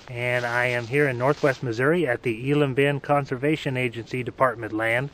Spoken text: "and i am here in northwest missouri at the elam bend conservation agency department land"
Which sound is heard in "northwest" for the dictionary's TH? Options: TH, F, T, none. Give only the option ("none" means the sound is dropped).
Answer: TH